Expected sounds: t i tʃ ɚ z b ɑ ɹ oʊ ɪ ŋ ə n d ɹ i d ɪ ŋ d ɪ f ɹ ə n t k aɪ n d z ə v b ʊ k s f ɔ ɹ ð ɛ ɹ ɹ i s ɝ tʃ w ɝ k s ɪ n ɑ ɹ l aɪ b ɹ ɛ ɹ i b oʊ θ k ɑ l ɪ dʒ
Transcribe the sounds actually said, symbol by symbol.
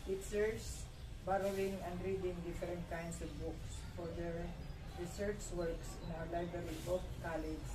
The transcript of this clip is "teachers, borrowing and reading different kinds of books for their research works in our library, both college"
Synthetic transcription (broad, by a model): t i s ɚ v b ɑ ɹ oʊ ɪ ŋ ə n d ɹ i d ɪ ŋ d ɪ f ɹ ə n t k aɪ n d s ə v b ʊ k s f ɔ ɹ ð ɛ ɹ ɹ i s ɝ tʃ w ɝ k s ɪ n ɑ w l aɪ b ɹ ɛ ɹ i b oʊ f k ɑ l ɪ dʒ